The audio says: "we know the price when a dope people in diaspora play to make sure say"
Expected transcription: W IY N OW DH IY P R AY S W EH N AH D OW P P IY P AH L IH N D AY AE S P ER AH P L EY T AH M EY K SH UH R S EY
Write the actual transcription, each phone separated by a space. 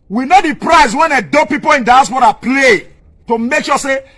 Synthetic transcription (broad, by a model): W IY N OW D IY P R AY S W EH N AH D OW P P IY P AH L IH N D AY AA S B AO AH P L EY T AH M EY K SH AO S EY